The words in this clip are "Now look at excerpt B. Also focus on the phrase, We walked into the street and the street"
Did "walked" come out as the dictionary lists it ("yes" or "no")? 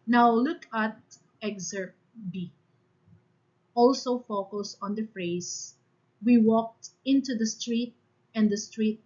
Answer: yes